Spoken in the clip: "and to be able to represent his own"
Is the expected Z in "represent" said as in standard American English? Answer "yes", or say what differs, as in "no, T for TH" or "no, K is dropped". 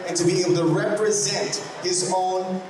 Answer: yes